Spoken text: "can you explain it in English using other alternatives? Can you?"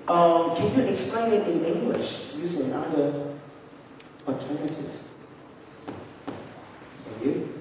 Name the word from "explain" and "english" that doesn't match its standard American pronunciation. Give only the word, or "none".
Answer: none